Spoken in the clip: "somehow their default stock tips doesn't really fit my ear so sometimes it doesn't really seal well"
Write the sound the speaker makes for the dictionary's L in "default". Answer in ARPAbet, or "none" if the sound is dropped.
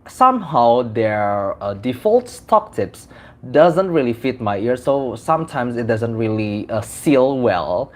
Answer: L